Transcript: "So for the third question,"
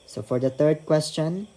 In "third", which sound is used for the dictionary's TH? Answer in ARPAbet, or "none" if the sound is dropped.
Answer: T